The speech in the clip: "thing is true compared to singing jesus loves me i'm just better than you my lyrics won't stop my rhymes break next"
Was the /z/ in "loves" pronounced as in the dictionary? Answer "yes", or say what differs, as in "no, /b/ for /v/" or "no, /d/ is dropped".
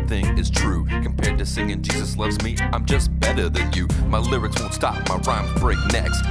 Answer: yes